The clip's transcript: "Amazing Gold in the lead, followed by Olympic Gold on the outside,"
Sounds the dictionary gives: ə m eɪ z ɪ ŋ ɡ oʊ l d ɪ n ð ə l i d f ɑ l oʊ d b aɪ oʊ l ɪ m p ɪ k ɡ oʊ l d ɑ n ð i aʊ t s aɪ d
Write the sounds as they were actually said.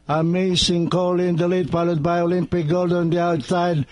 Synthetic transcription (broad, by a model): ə m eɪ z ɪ ŋ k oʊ l ɪ n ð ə l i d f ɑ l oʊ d b aɪ oʊ l ɪ m p ɪ k ɡ oʊ l d ɑ n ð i aʊ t s aɪ d